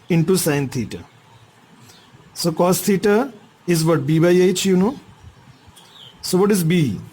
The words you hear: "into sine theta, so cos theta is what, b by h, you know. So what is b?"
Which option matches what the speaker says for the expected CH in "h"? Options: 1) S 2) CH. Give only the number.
2